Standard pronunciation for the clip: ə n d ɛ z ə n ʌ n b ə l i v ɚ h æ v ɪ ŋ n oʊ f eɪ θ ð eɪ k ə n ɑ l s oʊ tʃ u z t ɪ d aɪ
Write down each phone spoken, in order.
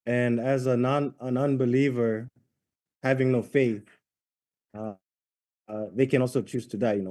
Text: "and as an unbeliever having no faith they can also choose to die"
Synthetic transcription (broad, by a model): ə n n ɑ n ə n ʌ n b ə l i v ɚ h æ v ɪ ŋ n oʊ f eɪ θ ð eɪ k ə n ɑ l s oʊ tʃ u z t ɪ d aɪ